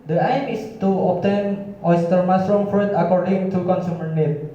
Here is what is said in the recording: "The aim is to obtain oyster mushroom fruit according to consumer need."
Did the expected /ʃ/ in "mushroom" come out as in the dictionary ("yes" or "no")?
no